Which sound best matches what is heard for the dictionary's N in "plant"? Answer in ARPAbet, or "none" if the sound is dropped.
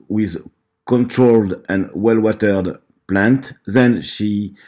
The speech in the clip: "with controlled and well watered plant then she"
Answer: N